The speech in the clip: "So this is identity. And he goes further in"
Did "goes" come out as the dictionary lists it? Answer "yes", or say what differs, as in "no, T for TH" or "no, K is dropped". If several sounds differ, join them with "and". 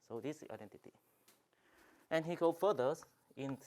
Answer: no, Z is dropped